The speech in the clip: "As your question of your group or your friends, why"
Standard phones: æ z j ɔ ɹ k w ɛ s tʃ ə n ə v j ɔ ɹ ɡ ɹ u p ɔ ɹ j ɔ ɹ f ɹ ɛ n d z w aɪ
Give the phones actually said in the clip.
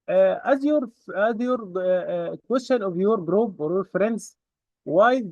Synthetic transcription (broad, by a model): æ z j ɔ ɹ k w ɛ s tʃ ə n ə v j ɔ ɹ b ɹ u b ɔ ɹ j ɔ ɹ f ɹ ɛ n d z w aɪ